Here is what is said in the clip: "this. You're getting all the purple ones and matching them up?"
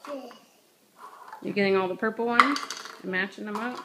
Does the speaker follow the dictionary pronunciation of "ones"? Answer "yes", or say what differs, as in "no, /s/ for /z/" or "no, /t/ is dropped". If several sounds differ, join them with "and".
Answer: no, /z/ is dropped